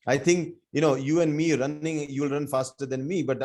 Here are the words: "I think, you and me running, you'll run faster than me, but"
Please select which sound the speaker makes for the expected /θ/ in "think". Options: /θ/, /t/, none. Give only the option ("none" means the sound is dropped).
/t/